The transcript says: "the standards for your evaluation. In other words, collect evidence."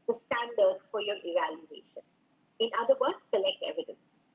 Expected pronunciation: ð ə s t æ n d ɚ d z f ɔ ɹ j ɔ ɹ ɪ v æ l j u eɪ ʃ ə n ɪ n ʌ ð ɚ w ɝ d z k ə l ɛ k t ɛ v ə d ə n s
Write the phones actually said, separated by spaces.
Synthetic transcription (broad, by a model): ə s t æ n d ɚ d f ɔ ɹ j ɔ ɹ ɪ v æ l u eɪ ʃ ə n ɪ n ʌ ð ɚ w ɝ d k ə l ɛ k t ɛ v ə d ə n s